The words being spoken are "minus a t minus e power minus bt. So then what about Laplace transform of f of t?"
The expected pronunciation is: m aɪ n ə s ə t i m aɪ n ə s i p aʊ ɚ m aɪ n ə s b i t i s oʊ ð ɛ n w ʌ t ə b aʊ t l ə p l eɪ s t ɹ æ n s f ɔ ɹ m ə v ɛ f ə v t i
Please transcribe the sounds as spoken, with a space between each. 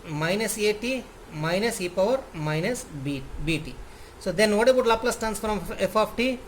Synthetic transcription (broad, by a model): m aɪ n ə s ə t i m aɪ n ə s i p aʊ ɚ m aɪ n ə s b i t i s oʊ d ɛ n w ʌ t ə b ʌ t l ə p l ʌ s t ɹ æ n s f ɹ ə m ɛ f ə f t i